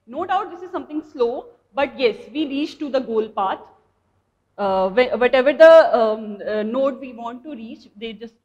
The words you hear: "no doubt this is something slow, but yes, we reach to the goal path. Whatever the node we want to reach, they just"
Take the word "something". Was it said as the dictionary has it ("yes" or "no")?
no